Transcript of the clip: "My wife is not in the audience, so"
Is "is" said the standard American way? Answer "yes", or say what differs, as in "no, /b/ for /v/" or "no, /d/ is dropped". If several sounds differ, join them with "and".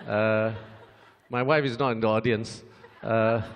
yes